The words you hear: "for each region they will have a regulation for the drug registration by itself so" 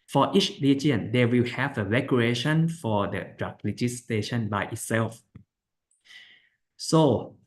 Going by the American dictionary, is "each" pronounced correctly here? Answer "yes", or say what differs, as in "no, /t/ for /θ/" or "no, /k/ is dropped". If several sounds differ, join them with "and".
yes